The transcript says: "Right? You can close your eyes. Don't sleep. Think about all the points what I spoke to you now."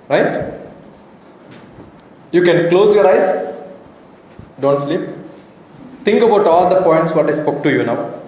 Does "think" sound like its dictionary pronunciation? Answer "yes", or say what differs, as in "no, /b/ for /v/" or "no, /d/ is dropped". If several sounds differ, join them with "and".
no, /t/ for /θ/